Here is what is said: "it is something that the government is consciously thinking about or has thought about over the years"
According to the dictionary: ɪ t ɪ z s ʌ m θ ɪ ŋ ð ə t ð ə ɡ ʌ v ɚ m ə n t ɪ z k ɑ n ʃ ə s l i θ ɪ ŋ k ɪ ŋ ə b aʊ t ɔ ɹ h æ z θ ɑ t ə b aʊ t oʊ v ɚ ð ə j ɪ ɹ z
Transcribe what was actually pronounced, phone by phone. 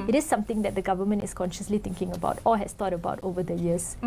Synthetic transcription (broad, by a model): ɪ t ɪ s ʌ m t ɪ ŋ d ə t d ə ɡ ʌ v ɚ m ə n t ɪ s k ɑ n ʃ ə s l i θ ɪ ŋ k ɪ ŋ ə b aʊ t ɔ l h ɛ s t ɑ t ə b aʊ t oʊ v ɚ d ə j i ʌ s